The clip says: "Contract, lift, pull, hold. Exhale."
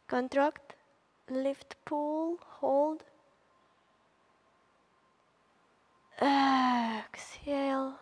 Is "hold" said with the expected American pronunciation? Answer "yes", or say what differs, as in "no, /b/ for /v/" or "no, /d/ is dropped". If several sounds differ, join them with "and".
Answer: yes